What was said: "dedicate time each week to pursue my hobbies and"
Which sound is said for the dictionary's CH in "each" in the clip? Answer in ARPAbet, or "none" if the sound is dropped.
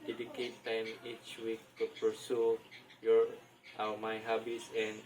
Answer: CH